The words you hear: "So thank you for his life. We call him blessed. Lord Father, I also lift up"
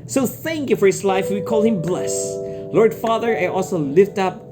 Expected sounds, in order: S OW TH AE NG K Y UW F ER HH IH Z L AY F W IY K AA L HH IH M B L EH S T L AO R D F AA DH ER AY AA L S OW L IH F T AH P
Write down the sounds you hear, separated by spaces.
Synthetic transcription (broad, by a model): S OW TH AE NG K Y UW F ER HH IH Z L AY F W IY K AA L HH IH M B L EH S L AO R D F AA DH ER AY AA L S OW L IH F T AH P